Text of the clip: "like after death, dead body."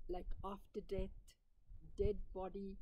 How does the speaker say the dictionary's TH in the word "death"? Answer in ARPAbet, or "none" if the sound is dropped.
T